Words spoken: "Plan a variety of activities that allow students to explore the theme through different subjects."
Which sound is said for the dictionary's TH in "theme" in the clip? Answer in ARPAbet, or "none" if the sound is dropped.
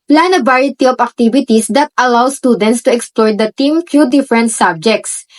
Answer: T